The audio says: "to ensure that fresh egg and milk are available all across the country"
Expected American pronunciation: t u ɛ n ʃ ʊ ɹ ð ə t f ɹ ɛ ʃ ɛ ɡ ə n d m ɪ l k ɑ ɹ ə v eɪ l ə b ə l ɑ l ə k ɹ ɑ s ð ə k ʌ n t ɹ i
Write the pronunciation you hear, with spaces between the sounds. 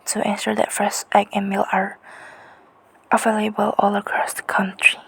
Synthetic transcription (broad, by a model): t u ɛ n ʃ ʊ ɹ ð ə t f ɹ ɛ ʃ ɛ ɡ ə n m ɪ l ɑ ɹ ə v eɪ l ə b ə l ɑ l ə k ɹ ɑ s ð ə k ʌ n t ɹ i